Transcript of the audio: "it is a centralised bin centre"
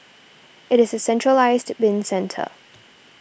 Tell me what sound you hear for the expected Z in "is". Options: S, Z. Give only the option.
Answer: Z